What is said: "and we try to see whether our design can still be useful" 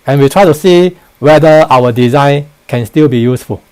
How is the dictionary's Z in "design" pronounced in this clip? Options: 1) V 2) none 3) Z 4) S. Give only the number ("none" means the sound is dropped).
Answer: 3